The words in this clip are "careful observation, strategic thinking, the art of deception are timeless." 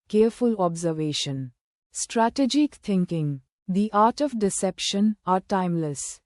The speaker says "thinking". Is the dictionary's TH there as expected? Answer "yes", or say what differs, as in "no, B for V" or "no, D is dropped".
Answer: no, T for TH